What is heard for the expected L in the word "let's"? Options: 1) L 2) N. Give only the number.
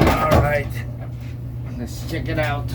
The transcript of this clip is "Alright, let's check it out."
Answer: 2